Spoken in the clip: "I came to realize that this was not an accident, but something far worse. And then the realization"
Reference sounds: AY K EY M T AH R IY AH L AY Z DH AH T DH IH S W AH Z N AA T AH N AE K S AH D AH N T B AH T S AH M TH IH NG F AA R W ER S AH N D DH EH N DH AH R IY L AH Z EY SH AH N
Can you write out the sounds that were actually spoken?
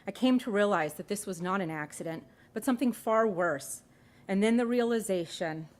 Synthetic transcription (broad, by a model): AY K EY M T AH R IY AH L AY Z DH AH T DH IH S W AH Z N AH T AH N AE K S AH D AH N T B AH T S AH M TH IH NG F AA R W ER S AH N DH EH N DH AH R IY L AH Z EY SH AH N